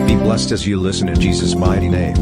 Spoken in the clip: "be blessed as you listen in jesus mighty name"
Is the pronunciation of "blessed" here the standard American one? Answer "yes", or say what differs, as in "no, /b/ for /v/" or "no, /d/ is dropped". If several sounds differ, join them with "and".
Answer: yes